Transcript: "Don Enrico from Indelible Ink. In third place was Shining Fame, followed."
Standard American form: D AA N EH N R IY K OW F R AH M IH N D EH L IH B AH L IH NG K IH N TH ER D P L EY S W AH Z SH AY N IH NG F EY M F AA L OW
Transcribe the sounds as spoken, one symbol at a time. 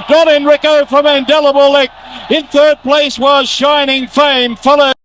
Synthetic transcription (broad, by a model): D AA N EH N R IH K OW F R AH M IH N D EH L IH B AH L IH K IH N TH ER D P L EY S W AH Z SH AY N IH NG F EY M F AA L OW